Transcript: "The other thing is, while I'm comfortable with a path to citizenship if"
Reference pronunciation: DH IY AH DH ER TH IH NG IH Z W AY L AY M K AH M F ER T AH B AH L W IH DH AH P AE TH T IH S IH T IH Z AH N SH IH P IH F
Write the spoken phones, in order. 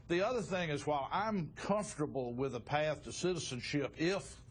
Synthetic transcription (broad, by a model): DH IY AH DH ER TH IH NG IH Z W AY L AY M K AH M F T AH B L W IH DH AH P AE TH T IH S IH T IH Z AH N SH IH P IH F